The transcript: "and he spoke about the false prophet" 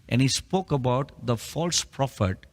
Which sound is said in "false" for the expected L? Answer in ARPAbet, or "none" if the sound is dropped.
L